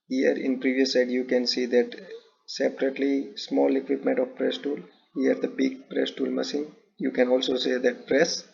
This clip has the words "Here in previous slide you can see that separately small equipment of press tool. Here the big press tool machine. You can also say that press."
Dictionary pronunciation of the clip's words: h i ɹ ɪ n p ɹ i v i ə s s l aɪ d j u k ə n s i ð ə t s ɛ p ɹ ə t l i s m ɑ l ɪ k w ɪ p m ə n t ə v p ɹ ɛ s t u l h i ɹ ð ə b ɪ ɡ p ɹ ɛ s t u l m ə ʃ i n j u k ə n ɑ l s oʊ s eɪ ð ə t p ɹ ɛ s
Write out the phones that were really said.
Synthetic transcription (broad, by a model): h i ɹ ɪ n p ɹ i v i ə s s aɪ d j u k ə n s i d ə t s ɛ p ɹ ə t l i s m ɑ l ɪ k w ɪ p m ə n t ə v p ɹ ɛ s t u l h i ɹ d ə b ɪ ɡ p ɹ ɛ s t u l m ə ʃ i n j u k ə n ɑ l s oʊ s eɪ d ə t p ɹ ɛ s